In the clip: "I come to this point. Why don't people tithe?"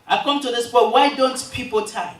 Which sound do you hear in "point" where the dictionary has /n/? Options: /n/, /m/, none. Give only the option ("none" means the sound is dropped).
none